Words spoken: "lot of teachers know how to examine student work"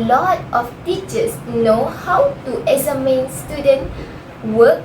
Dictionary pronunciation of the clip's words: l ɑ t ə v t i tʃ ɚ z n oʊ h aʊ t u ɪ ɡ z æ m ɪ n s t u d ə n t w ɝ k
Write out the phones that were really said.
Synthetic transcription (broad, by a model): l ɑ t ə f t i tʃ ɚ s n oʊ h aʊ t u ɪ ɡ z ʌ m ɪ n s t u d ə n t w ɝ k